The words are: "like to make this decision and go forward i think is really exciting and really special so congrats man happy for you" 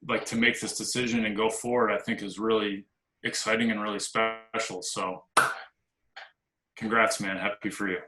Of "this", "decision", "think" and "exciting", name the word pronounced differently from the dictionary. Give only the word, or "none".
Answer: none